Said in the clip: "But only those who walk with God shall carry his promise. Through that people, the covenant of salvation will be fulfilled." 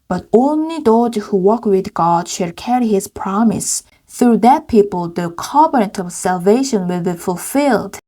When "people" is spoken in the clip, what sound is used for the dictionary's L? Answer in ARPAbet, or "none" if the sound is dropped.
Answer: L